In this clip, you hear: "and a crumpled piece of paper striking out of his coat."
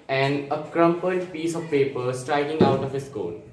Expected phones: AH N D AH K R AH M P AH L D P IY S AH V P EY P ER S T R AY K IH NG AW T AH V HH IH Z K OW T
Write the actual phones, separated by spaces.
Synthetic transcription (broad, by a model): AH N D AH K R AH M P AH D P IY S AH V P EY P ER S T R AY K IH NG AW T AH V HH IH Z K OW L